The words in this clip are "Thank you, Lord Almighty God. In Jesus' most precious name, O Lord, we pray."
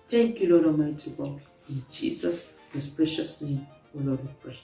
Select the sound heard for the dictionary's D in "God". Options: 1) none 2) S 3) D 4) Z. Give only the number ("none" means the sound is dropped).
1